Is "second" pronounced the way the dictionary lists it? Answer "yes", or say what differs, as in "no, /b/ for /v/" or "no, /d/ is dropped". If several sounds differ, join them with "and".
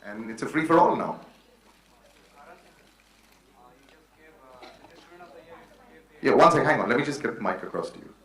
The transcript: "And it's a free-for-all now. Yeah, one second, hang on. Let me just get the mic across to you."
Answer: no, /k/ is dropped